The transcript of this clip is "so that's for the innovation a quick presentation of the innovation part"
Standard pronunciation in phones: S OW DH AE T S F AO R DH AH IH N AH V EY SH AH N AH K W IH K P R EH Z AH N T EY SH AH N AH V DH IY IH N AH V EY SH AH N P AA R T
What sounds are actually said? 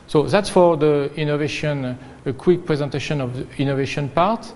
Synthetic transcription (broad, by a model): S OW DH AE T S F AO R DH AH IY N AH V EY SH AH N AH K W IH K P R EH Z AH N T EY SH AH N AH V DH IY N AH V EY SH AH N P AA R T